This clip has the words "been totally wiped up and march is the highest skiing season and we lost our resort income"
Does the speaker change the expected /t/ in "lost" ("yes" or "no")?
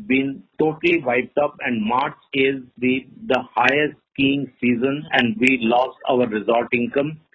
no